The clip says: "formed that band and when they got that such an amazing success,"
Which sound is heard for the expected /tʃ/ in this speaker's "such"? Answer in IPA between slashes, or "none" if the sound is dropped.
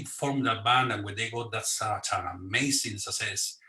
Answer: /s/